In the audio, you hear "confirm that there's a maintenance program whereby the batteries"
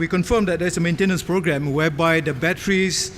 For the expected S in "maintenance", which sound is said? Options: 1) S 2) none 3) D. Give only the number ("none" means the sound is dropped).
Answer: 1